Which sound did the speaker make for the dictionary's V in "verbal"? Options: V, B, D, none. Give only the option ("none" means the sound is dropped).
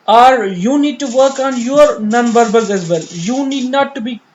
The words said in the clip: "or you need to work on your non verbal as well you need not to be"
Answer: B